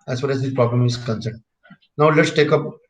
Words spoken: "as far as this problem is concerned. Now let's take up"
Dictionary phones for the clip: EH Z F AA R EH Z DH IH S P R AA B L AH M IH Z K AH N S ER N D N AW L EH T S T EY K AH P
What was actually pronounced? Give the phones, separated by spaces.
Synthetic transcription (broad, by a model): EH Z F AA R EH Z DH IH P R AA B L AH M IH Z K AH N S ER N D N AW L EH T S T EY K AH P